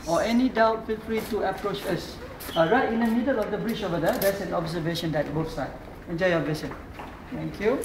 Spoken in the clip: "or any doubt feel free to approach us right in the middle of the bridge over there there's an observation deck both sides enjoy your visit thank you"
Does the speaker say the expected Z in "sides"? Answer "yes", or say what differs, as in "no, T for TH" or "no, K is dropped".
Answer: no, Z is dropped